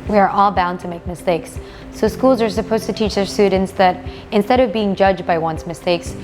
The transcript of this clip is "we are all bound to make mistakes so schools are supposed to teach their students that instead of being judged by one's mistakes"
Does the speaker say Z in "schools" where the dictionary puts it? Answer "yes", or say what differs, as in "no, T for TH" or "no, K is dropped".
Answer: yes